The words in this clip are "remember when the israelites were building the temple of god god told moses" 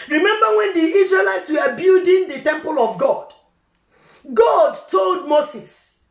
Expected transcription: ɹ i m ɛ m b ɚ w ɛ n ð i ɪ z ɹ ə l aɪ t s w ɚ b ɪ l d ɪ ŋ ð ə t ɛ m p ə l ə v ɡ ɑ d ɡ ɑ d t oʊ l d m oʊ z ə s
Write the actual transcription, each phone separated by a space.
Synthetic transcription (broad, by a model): ɹ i m ɛ m b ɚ w ɛ n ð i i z ɹ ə l aɪ t s w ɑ b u d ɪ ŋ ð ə t ɛ m p ə l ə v ɡ ɑ d ɡ ɑ d t oʊ l d m oʊ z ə s